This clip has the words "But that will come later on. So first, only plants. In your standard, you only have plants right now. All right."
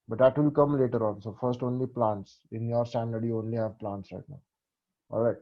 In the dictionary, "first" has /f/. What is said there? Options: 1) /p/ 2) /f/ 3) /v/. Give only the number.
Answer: 2